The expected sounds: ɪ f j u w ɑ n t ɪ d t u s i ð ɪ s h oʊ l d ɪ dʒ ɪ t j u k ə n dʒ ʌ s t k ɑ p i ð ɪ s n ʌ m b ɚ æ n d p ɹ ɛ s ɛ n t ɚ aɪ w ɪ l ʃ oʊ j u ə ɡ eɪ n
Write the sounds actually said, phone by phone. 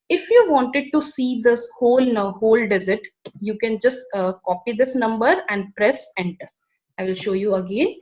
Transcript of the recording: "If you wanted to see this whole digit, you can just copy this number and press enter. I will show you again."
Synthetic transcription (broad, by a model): ɪ f j u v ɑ n t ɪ d t u s i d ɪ s h oʊ l d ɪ z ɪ t j u k ə n dʒ ʌ s t k ɑ p i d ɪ s n ʌ m b ɚ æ n d p ɹ ɛ s ɛ n t ɚ aɪ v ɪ l ʃ oʊ j u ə ɡ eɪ n